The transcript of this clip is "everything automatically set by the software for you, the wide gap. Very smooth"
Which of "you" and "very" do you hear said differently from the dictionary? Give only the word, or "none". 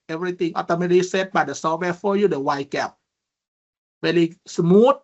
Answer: very